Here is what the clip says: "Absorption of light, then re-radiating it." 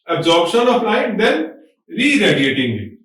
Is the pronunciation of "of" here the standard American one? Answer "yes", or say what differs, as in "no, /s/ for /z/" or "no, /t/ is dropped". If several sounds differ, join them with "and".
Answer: no, /p/ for /v/